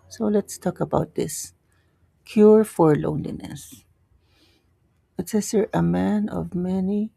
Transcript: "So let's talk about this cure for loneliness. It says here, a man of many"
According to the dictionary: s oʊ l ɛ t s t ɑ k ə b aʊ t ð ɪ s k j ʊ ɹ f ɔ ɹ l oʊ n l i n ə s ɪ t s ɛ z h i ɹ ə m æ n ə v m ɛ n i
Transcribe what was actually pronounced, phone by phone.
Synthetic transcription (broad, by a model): s oʊ l ɛ t s t ɑ k ə b aʊ t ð ɪ s k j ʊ ɹ f ɔ ɹ l oʊ n l i n ə s ɪ t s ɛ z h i ɹ ə m æ n ə v m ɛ n i